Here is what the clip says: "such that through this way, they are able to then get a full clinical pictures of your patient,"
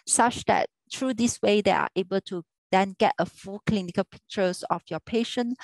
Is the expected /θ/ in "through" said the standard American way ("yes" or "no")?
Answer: no